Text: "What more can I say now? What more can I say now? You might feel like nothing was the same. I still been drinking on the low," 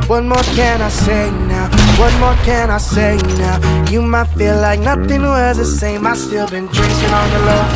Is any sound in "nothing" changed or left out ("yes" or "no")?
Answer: no